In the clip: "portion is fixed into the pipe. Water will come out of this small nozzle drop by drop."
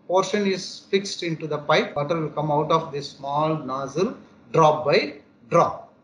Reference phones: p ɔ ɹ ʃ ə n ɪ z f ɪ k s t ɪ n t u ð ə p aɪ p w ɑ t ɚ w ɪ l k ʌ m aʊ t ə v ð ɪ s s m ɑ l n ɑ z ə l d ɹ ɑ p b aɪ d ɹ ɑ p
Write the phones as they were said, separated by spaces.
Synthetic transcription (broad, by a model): p ɔ ɹ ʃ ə n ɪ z f ɪ k s t ɪ n t u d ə p aɪ p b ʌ t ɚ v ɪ l k ʌ m aʊ t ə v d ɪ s s m ɑ l n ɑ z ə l d ɹ ɑ p b aɪ d ɹ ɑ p